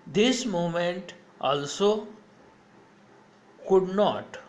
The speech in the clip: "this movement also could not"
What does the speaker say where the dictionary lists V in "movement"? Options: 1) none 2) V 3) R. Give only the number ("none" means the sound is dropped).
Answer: 1